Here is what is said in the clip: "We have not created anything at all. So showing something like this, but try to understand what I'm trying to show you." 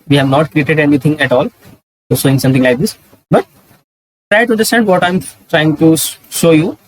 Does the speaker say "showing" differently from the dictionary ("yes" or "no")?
yes